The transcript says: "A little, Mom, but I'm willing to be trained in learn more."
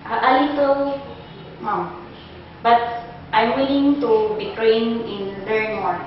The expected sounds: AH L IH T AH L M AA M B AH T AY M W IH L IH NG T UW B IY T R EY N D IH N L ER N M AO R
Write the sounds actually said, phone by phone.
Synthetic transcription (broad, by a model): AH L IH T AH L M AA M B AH T AY M W IH L IH NG T UW B IY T R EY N IH N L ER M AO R